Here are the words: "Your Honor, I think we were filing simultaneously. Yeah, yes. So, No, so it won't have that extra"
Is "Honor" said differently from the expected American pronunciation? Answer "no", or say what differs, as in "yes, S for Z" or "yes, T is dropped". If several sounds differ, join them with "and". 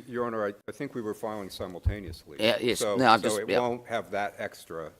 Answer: yes, N is dropped